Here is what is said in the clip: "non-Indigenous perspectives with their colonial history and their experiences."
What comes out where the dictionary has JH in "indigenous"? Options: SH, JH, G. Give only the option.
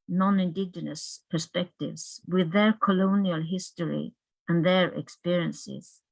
JH